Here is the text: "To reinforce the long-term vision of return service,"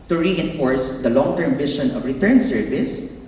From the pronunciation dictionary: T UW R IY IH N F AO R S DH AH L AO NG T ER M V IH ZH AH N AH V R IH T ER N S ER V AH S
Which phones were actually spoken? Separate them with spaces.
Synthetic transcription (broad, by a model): T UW R IY IH N F AO R S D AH L AO NG T ER M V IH SH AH N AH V R IH T ER N S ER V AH S